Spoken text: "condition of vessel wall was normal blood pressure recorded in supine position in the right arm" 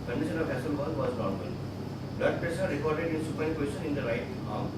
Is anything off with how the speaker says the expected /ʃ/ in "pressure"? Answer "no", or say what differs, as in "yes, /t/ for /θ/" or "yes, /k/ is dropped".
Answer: yes, /s/ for /ʃ/